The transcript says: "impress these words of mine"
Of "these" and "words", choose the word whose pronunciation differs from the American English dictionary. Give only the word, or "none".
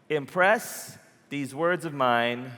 none